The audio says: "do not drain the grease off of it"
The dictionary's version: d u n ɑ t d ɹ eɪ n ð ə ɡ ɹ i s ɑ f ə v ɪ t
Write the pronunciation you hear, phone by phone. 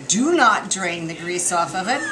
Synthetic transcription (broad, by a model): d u n ɑ t d ɹ eɪ n ð ə ɡ ɹ i s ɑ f ə v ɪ t